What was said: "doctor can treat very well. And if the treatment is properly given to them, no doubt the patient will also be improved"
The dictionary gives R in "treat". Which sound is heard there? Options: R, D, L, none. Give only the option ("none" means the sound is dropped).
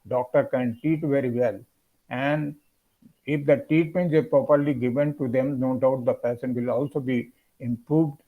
none